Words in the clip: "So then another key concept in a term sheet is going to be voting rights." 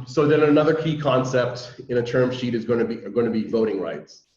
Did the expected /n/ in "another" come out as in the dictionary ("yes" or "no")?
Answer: yes